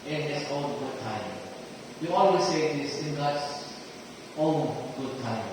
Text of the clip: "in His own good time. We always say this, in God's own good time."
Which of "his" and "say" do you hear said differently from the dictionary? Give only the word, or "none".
his